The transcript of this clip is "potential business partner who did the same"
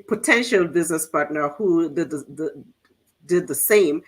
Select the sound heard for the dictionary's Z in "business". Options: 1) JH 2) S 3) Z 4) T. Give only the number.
3